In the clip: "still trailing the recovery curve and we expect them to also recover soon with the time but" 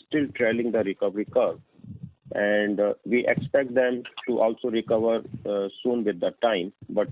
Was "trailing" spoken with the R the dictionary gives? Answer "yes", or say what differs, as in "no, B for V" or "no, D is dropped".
yes